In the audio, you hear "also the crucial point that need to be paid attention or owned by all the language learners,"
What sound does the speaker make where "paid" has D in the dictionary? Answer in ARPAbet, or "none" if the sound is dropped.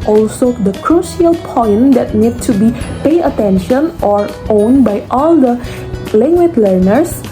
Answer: none